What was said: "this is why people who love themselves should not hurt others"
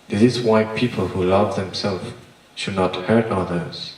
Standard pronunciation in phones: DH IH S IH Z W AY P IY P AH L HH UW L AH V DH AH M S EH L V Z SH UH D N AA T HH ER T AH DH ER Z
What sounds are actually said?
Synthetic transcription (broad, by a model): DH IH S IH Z W AY P IY P AH L HH UW L AH V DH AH M S EH L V SH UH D N AA T HH ER T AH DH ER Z